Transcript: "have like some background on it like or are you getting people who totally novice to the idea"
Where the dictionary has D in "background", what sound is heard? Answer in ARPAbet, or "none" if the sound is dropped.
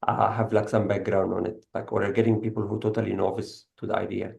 D